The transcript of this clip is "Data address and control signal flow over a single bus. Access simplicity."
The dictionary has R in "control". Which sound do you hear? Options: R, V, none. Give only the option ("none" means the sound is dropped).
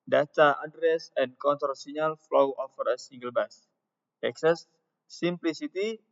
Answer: none